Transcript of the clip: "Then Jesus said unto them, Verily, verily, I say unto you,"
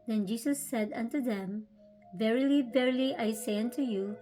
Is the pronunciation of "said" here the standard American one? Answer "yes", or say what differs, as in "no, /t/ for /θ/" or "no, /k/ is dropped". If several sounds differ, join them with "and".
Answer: yes